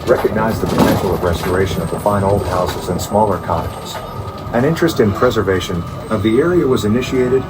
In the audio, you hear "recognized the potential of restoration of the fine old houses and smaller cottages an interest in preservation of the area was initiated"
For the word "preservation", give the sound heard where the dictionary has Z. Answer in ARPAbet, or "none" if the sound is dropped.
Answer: Z